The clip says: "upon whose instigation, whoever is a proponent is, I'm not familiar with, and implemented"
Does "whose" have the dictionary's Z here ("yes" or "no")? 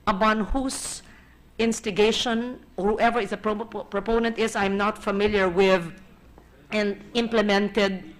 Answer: no